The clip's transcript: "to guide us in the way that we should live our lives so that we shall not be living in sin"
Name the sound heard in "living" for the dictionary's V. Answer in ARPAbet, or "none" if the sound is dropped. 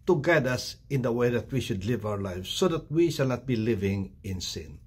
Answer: V